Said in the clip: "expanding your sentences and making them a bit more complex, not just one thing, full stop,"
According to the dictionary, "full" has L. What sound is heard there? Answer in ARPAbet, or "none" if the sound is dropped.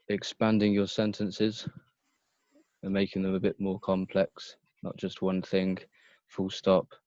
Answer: L